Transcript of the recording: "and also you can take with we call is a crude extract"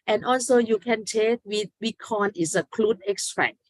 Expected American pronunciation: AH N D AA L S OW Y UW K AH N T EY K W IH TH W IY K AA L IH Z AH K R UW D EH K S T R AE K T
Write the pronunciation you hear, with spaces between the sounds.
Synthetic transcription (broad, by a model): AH N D AA L S OW Y UW K AH N T EY K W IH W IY K AA N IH S AH K L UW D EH K S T R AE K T